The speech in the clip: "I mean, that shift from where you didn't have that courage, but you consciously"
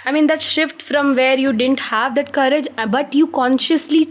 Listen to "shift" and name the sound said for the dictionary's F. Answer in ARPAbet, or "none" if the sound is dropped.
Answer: F